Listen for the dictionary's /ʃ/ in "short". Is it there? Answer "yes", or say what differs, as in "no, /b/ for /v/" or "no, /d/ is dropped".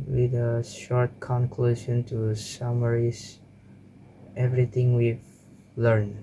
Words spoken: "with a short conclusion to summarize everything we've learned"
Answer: yes